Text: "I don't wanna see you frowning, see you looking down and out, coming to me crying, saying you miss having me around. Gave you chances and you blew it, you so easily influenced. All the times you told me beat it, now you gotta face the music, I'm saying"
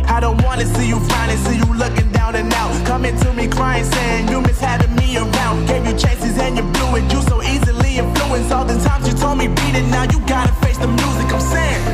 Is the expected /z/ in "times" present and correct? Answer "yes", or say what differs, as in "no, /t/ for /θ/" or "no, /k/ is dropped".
yes